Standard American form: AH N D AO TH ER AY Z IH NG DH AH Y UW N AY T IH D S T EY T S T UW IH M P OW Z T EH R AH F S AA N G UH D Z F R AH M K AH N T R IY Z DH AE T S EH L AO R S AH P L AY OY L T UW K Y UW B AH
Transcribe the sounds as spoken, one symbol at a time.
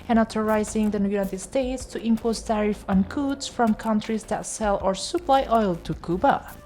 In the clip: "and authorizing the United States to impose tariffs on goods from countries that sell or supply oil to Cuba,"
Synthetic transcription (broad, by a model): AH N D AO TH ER AY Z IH NG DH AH Y UW N AY T IH D S T EY T S T UW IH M P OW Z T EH R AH F AA N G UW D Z F R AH M K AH N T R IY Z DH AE T S EH L AO R S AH P L AY OY L T UW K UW B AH